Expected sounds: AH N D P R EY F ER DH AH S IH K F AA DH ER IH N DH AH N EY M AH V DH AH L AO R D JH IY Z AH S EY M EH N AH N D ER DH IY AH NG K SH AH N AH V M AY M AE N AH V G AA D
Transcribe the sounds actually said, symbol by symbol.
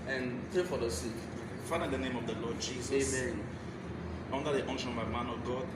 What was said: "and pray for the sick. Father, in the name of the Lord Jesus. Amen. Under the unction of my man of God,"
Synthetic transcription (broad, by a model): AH N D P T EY F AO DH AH S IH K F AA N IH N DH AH N EY M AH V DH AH L AO D JH IY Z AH EY EH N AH N D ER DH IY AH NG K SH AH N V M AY M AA N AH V G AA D